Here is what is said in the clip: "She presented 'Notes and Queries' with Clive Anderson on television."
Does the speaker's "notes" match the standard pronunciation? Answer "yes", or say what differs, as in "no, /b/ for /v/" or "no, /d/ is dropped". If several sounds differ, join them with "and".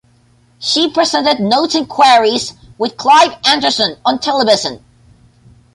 no, /s/ is dropped